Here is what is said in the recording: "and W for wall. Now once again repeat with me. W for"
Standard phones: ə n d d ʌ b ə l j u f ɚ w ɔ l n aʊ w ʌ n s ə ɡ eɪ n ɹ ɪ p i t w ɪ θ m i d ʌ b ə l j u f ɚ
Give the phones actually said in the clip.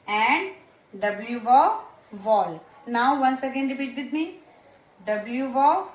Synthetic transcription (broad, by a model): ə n d d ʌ b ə l j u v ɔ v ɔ l n aʊ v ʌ n s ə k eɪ n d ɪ b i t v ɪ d m i d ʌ b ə l j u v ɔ